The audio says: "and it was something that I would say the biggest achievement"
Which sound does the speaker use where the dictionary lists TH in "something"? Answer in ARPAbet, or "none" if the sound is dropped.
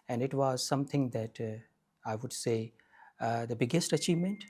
T